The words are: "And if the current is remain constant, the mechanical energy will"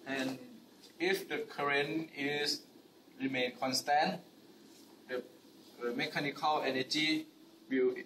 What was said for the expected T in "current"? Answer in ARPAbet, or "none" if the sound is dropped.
none